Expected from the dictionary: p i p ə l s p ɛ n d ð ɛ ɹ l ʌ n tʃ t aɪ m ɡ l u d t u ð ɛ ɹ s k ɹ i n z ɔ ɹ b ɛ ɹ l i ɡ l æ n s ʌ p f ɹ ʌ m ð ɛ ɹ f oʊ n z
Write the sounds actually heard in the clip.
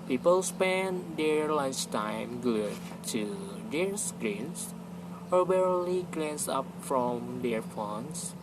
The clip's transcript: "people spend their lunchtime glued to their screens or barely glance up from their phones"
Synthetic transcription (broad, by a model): p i p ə l s p ɛ n d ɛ ɹ l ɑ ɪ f t aɪ m ɡ u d t u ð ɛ ɹ s k ɹ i n s ɔ ɹ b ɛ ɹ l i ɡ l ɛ n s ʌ p f ɹ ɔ m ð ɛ ɹ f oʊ n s